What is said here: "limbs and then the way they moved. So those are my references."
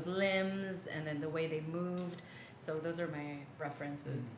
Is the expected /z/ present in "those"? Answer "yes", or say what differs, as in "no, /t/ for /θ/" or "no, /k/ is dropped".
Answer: yes